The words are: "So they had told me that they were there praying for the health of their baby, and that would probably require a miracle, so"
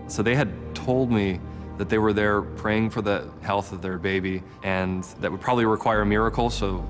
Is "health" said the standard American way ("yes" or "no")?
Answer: yes